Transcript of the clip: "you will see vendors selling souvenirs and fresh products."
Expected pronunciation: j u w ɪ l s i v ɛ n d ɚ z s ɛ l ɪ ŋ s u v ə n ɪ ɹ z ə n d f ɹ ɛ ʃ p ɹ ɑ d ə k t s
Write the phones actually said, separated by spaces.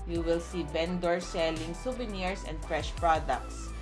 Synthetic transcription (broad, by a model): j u w ɪ l s i b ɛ n d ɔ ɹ s ɛ l ɪ ŋ s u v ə n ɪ ɹ s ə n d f ɹ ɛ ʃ p ɹ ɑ d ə k t s